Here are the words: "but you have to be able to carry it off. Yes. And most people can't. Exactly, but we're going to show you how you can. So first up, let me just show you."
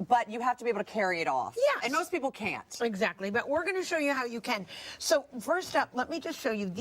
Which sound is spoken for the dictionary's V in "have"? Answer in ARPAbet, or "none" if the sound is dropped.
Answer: F